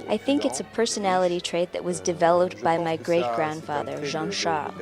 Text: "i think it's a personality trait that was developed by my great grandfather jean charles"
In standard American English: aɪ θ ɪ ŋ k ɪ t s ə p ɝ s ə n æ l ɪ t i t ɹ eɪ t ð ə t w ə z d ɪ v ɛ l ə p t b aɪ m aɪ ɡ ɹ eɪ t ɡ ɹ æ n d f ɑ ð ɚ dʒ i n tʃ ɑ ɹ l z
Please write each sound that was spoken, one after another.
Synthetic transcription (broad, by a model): aɪ θ ɪ ŋ k ɪ t s ə p ɝ s ə n æ l ɪ t i t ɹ eɪ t ð ə t w ə z d ɪ v ɛ l ə p t b aɪ m aɪ ɡ ɹ eɪ t ɡ ɹ æ n d f ɑ ð ɚ ʒ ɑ n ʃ ɑ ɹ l